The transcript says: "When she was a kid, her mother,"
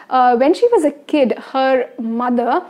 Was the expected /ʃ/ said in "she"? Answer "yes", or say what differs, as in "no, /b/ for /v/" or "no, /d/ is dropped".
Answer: yes